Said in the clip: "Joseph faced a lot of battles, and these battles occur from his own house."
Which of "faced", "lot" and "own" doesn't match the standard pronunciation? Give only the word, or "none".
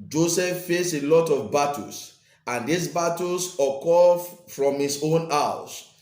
faced